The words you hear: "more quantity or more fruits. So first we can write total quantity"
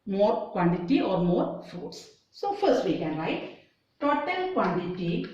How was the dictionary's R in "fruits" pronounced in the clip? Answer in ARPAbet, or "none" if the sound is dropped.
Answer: none